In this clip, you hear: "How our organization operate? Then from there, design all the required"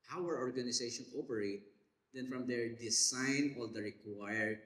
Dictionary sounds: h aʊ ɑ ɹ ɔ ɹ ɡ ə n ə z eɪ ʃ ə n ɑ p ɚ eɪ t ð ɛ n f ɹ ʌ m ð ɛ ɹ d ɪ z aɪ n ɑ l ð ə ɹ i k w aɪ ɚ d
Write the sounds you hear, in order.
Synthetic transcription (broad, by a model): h aʊ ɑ ɹ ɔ ɹ ɡ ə n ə s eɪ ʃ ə n ɑ p ɚ eɪ t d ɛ n f ɹ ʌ m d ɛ ɹ d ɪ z aɪ n ɑ l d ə ɹ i k w aɪ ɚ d